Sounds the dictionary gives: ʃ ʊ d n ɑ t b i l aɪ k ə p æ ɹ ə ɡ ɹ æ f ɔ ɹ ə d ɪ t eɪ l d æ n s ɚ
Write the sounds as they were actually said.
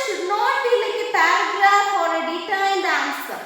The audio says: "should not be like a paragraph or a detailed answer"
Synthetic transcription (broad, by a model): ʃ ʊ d n ɑ t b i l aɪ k ə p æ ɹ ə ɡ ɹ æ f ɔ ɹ ə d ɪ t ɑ n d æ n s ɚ